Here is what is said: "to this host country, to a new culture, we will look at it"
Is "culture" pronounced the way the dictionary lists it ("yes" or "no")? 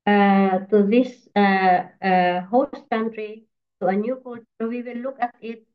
no